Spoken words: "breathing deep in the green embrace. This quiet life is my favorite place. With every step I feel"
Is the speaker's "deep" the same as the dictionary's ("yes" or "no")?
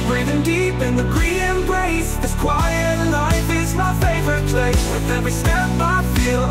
yes